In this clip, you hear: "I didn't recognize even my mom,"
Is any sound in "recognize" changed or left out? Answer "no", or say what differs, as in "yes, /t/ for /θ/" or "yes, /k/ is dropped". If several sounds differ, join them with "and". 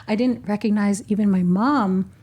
no